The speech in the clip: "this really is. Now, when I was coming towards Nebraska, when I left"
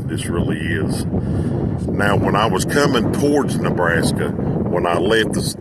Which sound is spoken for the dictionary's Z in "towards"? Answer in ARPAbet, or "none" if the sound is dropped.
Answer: Z